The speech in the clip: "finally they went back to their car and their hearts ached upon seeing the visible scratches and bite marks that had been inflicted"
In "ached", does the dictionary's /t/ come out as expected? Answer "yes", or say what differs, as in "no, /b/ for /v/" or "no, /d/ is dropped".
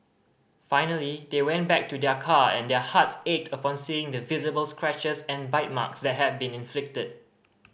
yes